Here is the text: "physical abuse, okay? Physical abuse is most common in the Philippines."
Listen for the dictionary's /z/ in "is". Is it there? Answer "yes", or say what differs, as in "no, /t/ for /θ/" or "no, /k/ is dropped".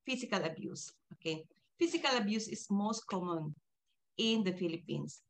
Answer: no, /s/ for /z/